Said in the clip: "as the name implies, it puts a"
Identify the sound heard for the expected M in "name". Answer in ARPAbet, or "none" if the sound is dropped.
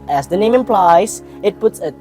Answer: M